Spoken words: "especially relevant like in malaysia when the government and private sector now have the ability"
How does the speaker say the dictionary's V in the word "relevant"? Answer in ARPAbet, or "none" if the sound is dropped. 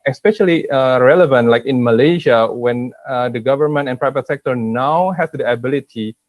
V